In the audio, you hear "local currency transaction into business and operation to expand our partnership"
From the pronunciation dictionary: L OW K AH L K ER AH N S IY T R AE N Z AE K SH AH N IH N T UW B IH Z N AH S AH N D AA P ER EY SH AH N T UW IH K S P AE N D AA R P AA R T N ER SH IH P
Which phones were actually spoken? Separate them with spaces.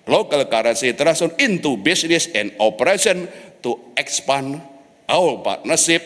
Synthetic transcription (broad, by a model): L OW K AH L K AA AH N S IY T R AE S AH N IH N T UW B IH S N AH S AH N D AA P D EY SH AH N T UW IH K S P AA N AA W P AA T N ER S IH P